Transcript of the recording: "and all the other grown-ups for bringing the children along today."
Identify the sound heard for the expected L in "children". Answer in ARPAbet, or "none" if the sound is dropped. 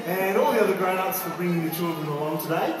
L